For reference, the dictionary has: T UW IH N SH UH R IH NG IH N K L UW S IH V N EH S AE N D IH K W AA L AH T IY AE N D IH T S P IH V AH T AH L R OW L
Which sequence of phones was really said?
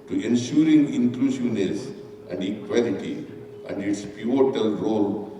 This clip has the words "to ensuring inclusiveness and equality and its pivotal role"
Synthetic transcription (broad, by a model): T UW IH N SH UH R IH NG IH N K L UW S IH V N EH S AE N D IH K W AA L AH T IY AE N D IH T S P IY AH T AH L R OW L